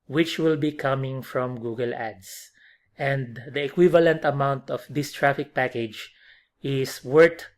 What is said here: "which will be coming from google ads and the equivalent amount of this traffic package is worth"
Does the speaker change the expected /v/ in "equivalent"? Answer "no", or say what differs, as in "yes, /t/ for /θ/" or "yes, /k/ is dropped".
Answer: no